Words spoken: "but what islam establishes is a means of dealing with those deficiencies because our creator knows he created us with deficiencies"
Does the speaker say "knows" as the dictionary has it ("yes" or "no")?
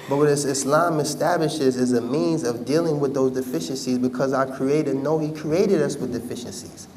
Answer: no